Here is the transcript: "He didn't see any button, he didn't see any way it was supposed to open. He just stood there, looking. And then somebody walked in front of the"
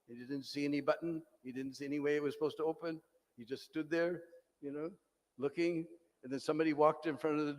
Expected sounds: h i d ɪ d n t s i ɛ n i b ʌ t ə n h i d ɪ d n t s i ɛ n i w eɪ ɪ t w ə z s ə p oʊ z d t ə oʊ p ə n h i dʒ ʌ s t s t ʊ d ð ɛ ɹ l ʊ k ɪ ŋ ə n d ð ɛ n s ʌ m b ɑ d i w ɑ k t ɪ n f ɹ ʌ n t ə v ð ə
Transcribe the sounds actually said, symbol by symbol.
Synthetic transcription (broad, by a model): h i d ɪ d n t s i ɛ n i b ʌ t n h i d ɪ d n t s i ɛ n i w eɪ ɪ t w ə z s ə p oʊ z t ə oʊ p ə n h i dʒ ʌ s t s t ʊ d ð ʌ ɹ l ʊ k ɪ ŋ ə n ð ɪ n s ʌ m b ɑ d i w ɑ k t ɪ n f ɹ ʌ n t ə v ð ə